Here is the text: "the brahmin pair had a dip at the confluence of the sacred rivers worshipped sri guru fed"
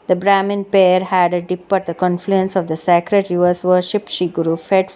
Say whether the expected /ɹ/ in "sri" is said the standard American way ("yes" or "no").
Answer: no